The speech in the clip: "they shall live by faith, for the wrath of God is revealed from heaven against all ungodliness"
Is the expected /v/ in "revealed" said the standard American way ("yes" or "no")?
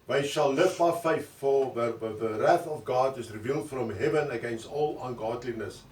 yes